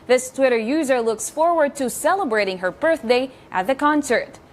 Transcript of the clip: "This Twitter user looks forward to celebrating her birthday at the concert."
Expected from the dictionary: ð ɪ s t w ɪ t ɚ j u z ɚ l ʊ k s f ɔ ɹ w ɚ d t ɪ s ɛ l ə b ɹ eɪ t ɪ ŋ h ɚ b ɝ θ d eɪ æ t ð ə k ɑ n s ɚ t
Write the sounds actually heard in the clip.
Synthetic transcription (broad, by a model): ð ɪ s t w ɪ t ɚ j u z ɚ l ʊ k s f ɔ ɹ w ɚ d t ɪ s ɛ l ə b ɹ eɪ t ɪ ŋ h ɚ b ɝ θ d eɪ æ t ð ə k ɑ n s ɚ t